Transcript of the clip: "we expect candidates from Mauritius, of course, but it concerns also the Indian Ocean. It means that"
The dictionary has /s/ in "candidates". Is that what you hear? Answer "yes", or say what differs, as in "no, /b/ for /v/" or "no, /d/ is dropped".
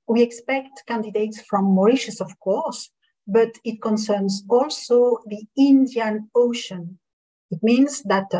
yes